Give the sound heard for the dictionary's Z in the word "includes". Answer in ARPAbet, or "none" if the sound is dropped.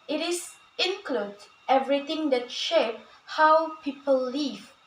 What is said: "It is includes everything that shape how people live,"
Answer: none